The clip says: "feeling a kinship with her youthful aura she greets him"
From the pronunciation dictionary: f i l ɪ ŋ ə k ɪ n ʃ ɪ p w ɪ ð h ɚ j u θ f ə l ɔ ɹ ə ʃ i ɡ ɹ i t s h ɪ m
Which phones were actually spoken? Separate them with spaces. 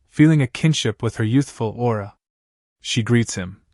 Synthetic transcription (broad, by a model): f i l ɪ ŋ ə k ɪ n ʃ ɪ p w ɪ ð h ɚ j u θ f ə l ɔ ɹ ə ʃ i ɡ ɹ i t s h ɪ m